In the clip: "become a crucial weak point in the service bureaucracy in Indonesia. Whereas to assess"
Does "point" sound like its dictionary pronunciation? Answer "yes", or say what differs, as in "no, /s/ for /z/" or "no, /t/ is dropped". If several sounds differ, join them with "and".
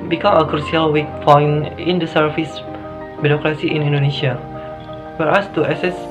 no, /f/ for /p/